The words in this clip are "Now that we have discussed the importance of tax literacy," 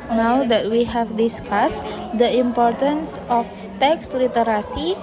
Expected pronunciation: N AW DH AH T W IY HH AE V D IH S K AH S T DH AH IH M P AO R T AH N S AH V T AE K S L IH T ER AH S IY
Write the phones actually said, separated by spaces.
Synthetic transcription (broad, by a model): N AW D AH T W IY HH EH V D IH S K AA S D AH IH M P AO R T AH N S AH F T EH K S L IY T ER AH S IY